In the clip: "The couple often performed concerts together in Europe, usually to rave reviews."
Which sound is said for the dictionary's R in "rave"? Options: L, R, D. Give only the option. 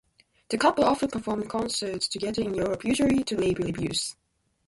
L